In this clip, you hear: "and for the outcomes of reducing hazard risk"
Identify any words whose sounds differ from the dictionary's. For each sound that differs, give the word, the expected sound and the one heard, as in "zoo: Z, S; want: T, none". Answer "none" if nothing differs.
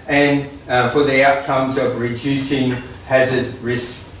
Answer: none